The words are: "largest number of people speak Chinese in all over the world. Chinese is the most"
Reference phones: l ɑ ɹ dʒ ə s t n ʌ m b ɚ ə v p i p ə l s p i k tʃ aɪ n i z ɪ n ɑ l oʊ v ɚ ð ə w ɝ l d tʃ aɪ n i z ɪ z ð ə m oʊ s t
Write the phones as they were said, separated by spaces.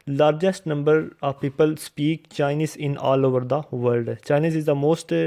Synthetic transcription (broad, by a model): l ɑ ɹ dʒ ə s t n ʌ m b ɚ ə v p i p ə l s p i k tʃ aɪ n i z ɪ n ɑ l oʊ v ɚ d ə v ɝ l d tʃ aɪ n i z ɪ z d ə m oʊ s t